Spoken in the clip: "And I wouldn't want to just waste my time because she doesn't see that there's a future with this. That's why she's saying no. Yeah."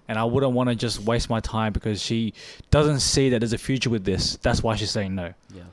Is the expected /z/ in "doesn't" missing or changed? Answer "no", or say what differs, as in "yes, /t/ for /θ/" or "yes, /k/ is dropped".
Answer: no